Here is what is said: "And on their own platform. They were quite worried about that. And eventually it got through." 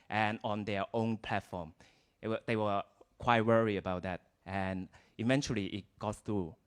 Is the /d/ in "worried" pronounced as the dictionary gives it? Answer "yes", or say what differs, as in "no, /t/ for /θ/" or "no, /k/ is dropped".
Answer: no, /d/ is dropped